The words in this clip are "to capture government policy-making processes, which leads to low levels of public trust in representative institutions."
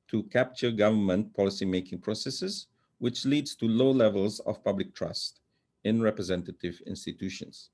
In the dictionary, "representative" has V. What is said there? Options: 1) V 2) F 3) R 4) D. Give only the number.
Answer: 1